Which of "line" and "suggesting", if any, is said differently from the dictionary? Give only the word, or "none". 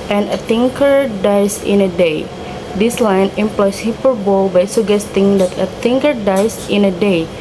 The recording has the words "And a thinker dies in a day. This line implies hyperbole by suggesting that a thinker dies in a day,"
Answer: suggesting